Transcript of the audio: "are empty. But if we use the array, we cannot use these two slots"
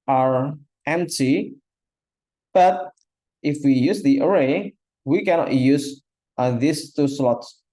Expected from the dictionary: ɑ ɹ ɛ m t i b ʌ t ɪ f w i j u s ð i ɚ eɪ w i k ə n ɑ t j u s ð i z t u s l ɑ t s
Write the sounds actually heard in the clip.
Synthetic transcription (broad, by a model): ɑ ɹ ɛ m t i b ʌ t ɪ f w i j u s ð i ɚ eɪ w i k ə n ɑ t j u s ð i s t u s l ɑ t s